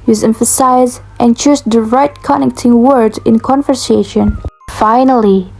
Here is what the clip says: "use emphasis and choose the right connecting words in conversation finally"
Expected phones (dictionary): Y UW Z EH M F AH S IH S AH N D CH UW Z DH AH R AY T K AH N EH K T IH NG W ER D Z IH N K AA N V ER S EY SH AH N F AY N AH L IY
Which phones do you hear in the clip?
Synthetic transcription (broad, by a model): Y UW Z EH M F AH S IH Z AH N CH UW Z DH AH R AY T K AH N EH K T IH NG W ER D IH N K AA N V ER S EY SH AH N F AY N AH L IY